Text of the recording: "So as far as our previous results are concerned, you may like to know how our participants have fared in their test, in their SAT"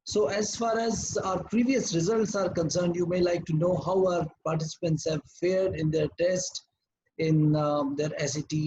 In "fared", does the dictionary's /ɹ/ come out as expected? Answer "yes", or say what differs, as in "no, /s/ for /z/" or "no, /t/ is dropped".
yes